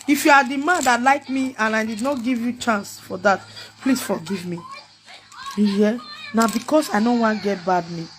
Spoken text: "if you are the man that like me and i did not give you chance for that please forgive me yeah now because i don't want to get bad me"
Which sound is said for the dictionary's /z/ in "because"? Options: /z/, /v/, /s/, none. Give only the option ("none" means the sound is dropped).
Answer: /s/